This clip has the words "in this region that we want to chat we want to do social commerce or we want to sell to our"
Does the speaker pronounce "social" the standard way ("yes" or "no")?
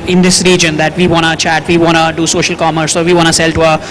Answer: yes